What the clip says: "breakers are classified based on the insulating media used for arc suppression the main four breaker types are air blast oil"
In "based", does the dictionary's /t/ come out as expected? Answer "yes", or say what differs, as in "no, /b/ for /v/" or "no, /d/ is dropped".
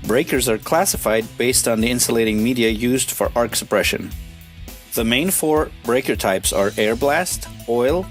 yes